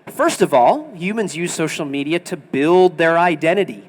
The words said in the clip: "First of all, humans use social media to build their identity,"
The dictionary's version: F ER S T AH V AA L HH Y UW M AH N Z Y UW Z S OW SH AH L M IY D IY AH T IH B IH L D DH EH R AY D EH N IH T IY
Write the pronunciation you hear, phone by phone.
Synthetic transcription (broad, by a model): F ER S T AH V AA L HH Y UW M AH N Z Y UW Z S OW SH L M IY D IY AH T IH B IH L D DH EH R AY D EH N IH T IY